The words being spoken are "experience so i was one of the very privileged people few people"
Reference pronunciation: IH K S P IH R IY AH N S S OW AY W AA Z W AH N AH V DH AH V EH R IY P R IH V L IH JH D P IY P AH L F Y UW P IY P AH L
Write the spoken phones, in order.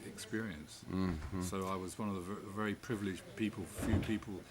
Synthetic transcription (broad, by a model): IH K S P IH R IY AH N S S OW AY W AA Z W AH N AH V DH AH V EH R IY P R IH V L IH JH P IY P AH L F Y UW P IY P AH L